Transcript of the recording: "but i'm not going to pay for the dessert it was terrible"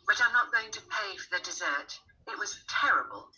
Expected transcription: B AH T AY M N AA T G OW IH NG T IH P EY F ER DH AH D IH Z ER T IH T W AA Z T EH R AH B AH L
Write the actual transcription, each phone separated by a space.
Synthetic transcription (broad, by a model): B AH T AY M N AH T G OW IH NG T IH P EY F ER DH AH D IH Z ER T IH T W AA Z T EH R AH B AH L